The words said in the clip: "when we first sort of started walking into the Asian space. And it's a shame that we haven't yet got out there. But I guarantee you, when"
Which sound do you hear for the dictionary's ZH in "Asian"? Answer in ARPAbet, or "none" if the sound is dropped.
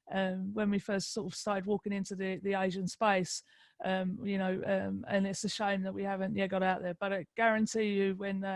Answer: ZH